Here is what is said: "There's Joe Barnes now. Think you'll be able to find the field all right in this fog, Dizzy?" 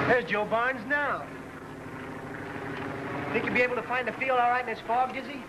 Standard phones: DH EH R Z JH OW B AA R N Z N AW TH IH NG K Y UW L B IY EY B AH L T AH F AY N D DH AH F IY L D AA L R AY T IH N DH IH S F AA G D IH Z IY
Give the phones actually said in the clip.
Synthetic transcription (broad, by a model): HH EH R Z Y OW B AA R N Z N AW TH IH NG K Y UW B IY EY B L T AH F AY N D DH AH F IY L D AA L R AY T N DH IH S F AA G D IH Z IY